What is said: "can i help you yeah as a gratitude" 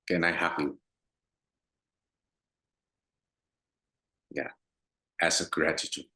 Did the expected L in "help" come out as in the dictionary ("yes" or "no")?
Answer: no